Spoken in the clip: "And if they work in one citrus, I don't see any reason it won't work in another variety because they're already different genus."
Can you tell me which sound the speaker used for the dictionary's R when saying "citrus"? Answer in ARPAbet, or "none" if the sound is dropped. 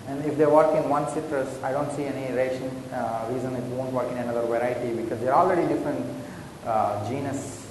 R